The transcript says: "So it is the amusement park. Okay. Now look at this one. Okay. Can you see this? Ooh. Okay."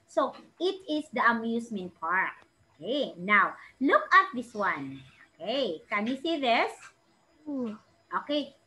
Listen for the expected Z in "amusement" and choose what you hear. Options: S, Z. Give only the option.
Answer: S